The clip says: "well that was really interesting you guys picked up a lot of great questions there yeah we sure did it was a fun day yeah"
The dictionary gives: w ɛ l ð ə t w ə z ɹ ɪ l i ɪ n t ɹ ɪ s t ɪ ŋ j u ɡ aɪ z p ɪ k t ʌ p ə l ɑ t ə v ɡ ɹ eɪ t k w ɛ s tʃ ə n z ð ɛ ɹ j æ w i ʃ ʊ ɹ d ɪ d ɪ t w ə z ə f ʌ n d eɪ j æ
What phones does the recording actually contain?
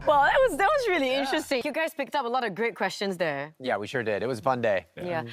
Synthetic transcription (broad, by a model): w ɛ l ð ə t w ə z ɹ ɪ l i ɪ n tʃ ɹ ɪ s t ɪ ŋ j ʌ ɡ aɪ z p ɪ k t ʌ p ə l ɑ t ə v ɡ ɹ eɪ t k w ɛ s tʃ ə n z ð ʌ ɹ j æ w i ʃ ʊ ɹ d ɪ d ɪ t w ə z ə f ʌ n d eɪ j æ